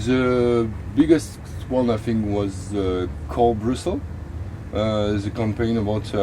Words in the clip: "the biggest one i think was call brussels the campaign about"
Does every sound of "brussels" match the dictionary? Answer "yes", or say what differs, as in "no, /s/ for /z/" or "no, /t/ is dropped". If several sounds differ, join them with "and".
no, /l/ is dropped